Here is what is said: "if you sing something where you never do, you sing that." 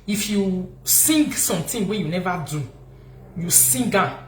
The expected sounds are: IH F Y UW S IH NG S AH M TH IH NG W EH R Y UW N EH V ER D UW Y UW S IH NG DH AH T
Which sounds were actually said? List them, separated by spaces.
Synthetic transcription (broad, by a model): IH F Y UW S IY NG S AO M T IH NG W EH Y UW N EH V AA D UW Y UW S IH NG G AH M